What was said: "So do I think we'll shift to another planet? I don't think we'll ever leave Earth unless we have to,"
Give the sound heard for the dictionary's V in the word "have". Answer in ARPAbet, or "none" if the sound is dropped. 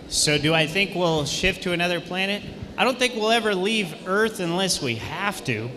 F